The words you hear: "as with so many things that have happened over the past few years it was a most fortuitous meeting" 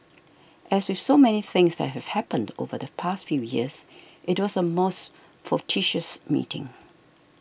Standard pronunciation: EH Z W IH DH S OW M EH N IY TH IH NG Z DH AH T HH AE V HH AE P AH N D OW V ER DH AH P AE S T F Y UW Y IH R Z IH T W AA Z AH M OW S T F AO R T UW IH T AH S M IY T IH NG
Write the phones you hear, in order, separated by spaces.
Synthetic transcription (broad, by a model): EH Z W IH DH S OW M EH N IY TH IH NG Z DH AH T HH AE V HH AE P AH N D OW V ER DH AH P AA S T F Y UW Y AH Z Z IH T W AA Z AH M OW S T F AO T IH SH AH S M IY T IH NG